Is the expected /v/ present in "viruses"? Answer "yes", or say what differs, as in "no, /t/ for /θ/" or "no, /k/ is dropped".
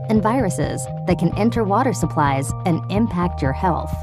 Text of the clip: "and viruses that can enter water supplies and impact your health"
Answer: yes